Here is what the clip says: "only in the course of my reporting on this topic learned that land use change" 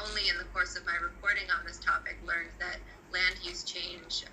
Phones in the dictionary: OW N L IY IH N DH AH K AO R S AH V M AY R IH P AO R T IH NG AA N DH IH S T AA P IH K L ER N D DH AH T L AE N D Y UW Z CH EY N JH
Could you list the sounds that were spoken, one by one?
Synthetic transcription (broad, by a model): OW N L IY IH N DH AH K AO R S AH V M AY R IH P AO R T IH NG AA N DH IH S T AA P IH K L ER N DH AH T L AE N D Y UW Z CH EY N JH